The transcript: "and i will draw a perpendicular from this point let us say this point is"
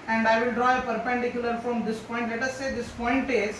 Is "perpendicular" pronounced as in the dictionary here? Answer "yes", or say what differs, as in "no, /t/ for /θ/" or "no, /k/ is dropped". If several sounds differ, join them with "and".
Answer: yes